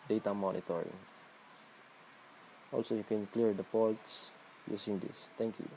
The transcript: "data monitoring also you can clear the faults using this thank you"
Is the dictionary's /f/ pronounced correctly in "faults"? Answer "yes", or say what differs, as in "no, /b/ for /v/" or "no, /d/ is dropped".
no, /p/ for /f/